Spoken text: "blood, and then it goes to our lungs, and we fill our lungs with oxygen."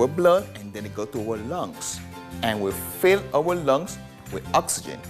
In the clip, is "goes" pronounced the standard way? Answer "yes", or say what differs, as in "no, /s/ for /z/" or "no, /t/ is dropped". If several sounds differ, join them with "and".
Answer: no, /z/ is dropped